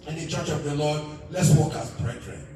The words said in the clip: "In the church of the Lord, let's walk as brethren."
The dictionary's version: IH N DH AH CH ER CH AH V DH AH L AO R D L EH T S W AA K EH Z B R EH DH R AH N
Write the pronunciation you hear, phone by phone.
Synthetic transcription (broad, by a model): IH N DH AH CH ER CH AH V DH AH L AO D L EH T S W AA K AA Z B R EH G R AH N